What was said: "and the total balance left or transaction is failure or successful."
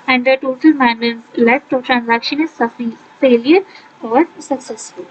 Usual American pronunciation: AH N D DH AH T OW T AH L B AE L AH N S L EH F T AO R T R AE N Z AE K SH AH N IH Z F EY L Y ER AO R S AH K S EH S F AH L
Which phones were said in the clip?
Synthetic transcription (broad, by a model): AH N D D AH T OW T AH L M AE N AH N L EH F T AO R T R AE N Z AE K SH AH N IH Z F EY L Y ER AO R S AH K S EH S F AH L